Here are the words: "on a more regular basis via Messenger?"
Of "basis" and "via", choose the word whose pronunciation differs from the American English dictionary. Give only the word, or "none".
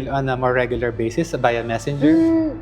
via